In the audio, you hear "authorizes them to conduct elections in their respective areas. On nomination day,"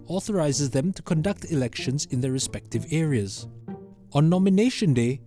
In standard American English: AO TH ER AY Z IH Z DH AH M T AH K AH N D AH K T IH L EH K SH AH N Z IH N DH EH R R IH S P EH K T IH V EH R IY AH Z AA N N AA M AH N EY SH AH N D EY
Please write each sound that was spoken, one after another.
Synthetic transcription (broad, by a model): AO TH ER AY Z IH Z DH AH M T AH K AH N D AH K T IH L EH K SH AH N Z IH N DH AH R R IH S P EH K T IH V EH R IY AH Z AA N N AA M AH N EY SH AH N D EY